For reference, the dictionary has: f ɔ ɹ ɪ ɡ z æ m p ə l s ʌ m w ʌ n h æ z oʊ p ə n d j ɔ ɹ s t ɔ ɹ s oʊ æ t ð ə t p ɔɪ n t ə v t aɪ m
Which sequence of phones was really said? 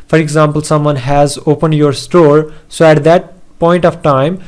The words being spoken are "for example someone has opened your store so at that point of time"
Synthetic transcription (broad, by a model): f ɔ ɹ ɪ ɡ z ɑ m p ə l s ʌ m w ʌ n h æ z oʊ p ə n d j ɔ ɹ s t ɔ ɹ s oʊ æ t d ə t p ɔɪ n t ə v t aɪ m